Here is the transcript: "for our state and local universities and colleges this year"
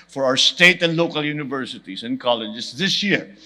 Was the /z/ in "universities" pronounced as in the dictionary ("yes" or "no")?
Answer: no